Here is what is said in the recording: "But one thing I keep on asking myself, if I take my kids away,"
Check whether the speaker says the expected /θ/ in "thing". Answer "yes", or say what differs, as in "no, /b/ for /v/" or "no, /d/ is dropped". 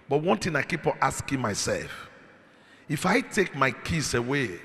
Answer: no, /t/ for /θ/